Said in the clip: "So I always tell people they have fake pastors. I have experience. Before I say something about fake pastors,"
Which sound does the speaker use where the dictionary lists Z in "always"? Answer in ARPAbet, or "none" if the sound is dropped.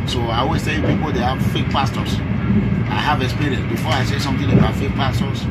S